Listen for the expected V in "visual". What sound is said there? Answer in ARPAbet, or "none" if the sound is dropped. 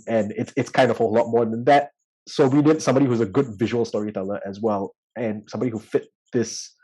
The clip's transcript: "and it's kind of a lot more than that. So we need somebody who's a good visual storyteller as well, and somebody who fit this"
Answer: V